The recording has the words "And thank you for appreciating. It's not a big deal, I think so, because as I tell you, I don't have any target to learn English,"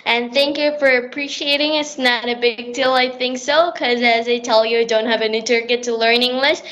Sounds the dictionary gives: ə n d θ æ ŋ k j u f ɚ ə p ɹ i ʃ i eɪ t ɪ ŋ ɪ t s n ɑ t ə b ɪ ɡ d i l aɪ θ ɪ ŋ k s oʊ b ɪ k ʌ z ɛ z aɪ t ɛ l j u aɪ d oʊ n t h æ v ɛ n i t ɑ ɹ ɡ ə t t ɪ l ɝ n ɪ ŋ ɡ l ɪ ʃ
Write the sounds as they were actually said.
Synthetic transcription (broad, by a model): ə n θ æ ŋ k j u f ɚ ə p ɹ i ʃ i eɪ t ɪ ŋ ɪ t s n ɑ t ə b ɪ ɡ d i l aɪ θ ɪ ŋ k s oʊ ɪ k ʌ z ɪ z aɪ t ɛ l j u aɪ d oʊ n t h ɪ v ɛ n i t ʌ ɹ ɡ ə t t ɪ l ɝ n ɪ ŋ ɡ l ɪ ʃ